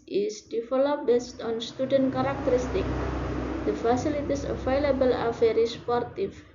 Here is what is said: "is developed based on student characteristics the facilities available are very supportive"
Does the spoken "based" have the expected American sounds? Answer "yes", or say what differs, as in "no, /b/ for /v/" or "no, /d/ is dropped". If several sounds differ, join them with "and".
yes